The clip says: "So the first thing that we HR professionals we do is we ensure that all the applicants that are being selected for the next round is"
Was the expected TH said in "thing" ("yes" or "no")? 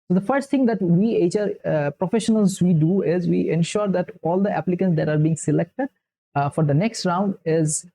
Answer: no